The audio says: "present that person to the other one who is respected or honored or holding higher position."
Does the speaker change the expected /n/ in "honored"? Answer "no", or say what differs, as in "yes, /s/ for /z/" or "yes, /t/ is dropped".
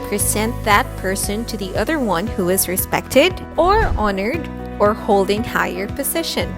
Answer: no